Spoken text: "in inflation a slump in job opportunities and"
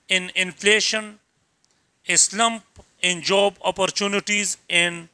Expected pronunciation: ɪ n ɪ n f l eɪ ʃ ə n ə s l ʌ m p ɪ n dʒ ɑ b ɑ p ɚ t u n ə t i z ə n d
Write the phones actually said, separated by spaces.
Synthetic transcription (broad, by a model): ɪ n ɪ n f l eɪ ʃ ə n ə s l ʌ m p ɪ n dʒ ɑ b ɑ p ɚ t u n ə t i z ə n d